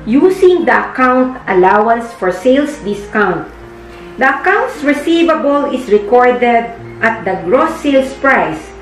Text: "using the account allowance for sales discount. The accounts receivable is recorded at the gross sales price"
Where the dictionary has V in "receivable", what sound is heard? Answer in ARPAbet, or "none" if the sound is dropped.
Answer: V